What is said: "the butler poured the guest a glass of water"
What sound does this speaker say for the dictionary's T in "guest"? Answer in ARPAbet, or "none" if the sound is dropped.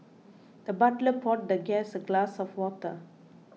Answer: none